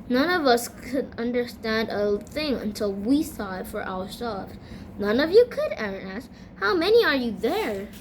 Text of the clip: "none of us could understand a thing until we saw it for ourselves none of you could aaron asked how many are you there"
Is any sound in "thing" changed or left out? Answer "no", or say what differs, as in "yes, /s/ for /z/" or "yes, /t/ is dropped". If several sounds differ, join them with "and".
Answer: no